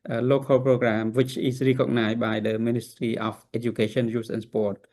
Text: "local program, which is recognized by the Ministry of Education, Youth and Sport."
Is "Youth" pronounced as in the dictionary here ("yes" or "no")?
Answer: no